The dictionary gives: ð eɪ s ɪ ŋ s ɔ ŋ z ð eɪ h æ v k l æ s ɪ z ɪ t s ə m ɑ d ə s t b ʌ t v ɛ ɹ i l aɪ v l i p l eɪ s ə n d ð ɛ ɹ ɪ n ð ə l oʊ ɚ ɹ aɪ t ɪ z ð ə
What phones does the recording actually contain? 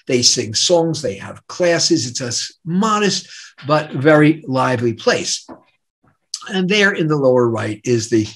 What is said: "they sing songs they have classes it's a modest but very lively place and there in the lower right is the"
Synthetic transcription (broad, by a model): ð eɪ s ɪ ŋ s ɔ ŋ z ð eɪ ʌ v k l æ s ɪ z ɪ t s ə m ɑ d ə s t b ʌ t v ɛ ɹ i l aɪ v l i p l eɪ s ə n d ð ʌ ɹ ɪ n ð ə l oʊ ɚ ɹ aɪ t ɪ z ð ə